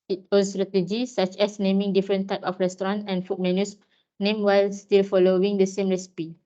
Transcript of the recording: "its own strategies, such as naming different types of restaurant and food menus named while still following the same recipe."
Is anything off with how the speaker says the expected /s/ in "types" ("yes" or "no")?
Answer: yes